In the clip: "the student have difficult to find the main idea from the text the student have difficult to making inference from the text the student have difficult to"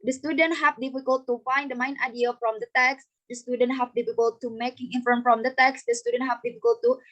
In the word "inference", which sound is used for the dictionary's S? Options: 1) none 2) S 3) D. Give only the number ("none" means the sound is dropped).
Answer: 1